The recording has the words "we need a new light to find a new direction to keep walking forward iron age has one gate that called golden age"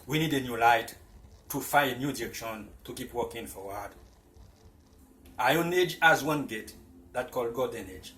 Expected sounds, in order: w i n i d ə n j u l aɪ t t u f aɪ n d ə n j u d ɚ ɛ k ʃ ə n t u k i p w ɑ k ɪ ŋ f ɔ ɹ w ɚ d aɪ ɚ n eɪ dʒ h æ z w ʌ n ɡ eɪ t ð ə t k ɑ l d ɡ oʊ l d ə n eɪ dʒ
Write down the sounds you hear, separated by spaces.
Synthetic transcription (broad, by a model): w i n i d ə n j u l aɪ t t u f aɪ ə n j u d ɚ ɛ k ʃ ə n t u k i p w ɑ k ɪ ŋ f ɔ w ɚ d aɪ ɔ n eɪ dʒ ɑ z w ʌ n ɡ eɪ t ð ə t k ɑ l d ɡ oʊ d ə n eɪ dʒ